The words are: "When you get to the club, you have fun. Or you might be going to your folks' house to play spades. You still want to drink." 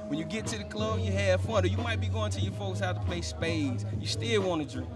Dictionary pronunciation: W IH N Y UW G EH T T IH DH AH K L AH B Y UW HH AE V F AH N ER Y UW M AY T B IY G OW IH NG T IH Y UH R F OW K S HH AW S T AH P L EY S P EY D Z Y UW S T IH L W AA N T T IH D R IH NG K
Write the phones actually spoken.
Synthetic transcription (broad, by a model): W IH N Y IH G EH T T IH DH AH K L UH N Y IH HH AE F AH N ER Y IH M AY T B IY G OW IH NG T IH Y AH R F OW K S HH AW T AH P L EY S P EY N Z Y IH S T IH L W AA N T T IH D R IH